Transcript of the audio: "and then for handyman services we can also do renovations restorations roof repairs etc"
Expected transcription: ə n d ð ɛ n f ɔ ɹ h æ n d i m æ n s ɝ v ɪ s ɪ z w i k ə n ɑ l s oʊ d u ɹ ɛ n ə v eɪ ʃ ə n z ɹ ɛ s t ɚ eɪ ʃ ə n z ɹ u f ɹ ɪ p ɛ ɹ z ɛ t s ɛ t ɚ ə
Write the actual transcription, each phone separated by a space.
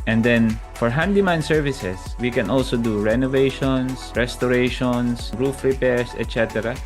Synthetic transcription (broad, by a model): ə n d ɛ n f ɔ ɹ h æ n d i m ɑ n s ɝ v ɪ s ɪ s w i k ə n ɑ l s oʊ d u ɹ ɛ n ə v eɪ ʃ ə n s ɹ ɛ s t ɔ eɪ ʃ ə n s ɹ u f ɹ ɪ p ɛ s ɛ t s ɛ t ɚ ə